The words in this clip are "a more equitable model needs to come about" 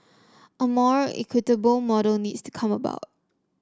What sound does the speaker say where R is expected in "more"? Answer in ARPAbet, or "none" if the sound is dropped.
R